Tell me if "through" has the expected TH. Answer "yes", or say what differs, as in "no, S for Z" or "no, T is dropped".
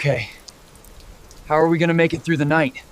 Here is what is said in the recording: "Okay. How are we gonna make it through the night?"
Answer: yes